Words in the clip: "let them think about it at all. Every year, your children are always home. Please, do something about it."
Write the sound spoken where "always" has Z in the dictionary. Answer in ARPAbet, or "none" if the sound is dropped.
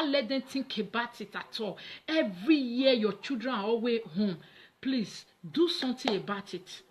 none